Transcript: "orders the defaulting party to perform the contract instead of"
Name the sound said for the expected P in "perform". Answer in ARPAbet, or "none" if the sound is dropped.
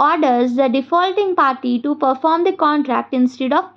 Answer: P